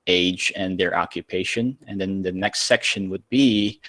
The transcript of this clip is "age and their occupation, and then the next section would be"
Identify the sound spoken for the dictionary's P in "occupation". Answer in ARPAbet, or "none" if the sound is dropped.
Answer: P